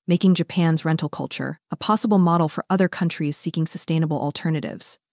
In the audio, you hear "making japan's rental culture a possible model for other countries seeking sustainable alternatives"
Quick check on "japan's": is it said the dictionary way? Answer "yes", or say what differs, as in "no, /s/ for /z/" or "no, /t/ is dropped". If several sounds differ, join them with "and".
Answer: yes